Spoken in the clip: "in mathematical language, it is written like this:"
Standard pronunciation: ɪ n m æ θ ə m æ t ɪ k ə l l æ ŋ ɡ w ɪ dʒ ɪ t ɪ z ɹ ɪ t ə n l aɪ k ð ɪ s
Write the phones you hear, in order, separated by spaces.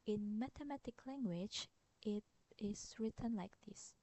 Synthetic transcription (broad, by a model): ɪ n m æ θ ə m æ t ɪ k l l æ ŋ ɡ w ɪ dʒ ɪ t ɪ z ɹ ɪ t ə n l aɪ k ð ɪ s